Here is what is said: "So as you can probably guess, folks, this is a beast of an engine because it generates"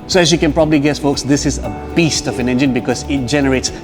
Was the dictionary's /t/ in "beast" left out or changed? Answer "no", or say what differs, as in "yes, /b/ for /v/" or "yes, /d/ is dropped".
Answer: no